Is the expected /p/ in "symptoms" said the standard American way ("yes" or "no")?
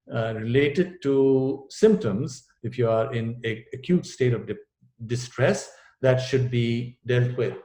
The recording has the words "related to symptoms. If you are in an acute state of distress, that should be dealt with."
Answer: yes